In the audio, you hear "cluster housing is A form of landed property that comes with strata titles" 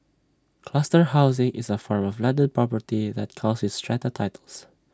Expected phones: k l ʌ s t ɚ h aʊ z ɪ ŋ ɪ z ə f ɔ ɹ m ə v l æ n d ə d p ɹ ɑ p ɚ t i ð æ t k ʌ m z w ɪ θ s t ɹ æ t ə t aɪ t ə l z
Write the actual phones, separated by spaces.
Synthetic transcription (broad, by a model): k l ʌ s t ɚ h aʊ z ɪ ŋ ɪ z ə f ɔ ɹ m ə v l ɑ n d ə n p ɹ ɑ p ɚ t i ð æ t k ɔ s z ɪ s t ɹ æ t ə t aɪ t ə l s